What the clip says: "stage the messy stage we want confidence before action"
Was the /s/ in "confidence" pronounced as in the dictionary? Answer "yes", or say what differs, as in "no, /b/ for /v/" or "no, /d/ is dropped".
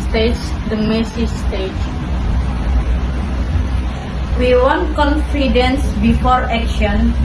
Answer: yes